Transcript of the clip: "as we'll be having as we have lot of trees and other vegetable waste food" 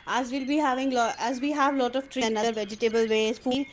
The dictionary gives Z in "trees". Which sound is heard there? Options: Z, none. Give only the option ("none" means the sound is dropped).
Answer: none